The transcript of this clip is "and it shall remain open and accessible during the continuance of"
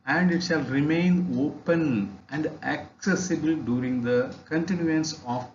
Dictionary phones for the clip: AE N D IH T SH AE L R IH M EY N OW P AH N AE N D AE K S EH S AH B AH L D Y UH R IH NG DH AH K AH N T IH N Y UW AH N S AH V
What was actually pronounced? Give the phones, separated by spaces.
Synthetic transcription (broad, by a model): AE N D IH T SH AE L R IH M EY N OW P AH N AE N D AE K S EH S AH B AH L D Y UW R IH NG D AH K AH N T IH N Y UW AH N S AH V